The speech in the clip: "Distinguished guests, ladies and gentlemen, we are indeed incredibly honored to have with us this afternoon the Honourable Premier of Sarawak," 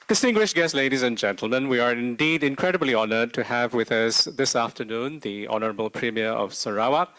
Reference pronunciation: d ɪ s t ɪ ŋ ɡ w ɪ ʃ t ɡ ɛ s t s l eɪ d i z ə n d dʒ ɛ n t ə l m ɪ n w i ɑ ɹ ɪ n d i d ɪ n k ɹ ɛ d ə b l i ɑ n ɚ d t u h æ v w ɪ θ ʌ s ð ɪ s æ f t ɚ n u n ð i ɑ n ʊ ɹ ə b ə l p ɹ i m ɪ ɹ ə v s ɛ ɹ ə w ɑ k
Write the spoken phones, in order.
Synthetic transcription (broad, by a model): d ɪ s t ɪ ŋ ɡ w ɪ ʃ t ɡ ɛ s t l eɪ d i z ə n dʒ ɛ n t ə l m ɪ n w i ɑ ɹ ɪ n d i d ɪ n k ɹ ɛ d ə b l i ɑ n ɚ d t u h æ v w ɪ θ ʌ s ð ɪ s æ f t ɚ n u n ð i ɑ n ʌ ɹ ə b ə l p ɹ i m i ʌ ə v s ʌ ɹ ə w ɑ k